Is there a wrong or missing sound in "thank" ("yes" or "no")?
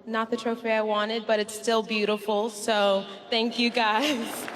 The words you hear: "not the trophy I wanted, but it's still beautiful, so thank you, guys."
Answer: no